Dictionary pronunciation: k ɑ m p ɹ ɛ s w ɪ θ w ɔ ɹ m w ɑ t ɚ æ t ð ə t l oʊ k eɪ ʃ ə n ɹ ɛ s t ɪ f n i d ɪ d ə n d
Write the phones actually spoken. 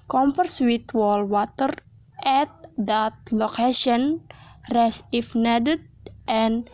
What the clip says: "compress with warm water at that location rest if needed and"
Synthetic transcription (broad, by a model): k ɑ m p ɹ s w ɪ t w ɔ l w ɑ t ɚ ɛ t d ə t l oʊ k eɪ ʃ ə n ɹ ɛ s ɪ f n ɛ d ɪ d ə n